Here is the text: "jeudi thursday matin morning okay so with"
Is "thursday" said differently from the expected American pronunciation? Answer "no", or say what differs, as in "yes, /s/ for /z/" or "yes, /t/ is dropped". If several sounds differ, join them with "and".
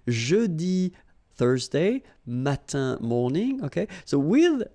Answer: no